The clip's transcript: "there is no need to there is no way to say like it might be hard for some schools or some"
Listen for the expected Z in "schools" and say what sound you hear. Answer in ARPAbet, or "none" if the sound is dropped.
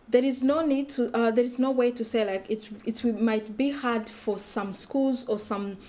Z